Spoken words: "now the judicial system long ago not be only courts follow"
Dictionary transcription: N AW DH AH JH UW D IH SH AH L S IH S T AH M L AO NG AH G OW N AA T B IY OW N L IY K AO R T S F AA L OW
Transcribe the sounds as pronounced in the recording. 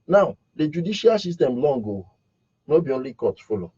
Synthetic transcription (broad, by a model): N AW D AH JH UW D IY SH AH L S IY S T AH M L AO NG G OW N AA B IY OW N L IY K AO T F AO L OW